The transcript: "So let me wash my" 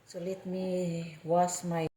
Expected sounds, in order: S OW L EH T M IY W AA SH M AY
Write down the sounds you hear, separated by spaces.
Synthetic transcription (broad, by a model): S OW L EH T M IY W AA S M AY